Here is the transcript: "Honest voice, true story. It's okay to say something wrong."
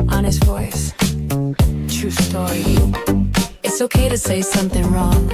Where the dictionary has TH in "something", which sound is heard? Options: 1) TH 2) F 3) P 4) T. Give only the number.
1